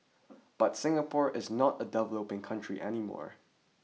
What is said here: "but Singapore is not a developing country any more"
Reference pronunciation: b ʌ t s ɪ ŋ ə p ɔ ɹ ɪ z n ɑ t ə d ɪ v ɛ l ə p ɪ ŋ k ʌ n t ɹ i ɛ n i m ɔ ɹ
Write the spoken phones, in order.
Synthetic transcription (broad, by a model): b ʌ t s ɪ ŋ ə p ɔ ɹ ɪ z n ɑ t ə d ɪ v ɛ l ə p ɪ ŋ k ʌ n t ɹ i ɛ n i m ɔ ɹ